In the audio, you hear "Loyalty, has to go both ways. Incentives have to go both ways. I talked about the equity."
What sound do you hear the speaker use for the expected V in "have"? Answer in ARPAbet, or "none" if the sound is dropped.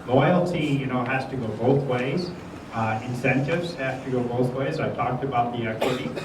F